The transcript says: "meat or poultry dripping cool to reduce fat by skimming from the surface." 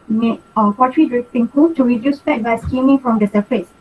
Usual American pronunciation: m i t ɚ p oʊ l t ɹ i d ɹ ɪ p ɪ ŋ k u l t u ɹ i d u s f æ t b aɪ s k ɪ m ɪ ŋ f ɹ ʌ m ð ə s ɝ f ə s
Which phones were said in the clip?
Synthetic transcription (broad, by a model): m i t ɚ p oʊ t ɹ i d ɹ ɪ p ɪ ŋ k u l t u ɹ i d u s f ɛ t b aɪ s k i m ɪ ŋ f ɹ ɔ m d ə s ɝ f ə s